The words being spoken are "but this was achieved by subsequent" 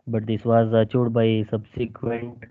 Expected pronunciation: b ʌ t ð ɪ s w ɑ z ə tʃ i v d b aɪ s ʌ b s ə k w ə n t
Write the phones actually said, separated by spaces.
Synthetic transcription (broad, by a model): b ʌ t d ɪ s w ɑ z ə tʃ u d b aɪ s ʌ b s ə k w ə n t